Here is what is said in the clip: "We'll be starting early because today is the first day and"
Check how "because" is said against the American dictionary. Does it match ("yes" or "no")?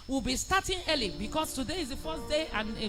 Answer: no